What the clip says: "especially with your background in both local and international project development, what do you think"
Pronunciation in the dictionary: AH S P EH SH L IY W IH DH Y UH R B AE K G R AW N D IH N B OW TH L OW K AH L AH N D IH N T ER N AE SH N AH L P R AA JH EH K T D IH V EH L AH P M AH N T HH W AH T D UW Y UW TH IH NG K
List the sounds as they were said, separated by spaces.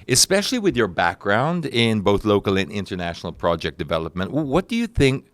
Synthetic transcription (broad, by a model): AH S P EH SH L IY W IH DH Y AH R B AE K G R AW N D IH N B OW TH L OW K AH L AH N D IH N T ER N AE SH N L P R AA JH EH K D IH V EH L AH P M AH N T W W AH T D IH Y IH TH IH NG K